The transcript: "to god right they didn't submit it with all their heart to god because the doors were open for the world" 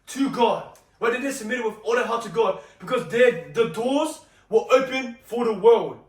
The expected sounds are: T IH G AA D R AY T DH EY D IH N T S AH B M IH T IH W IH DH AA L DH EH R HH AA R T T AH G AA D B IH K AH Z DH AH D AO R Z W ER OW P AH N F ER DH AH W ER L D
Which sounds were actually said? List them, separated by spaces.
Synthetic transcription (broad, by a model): T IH G AA D W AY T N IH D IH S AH M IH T IH W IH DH AA L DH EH HH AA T T AH G AA D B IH K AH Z DH AH D AO R Z W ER OW P AH N F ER DH AH W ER L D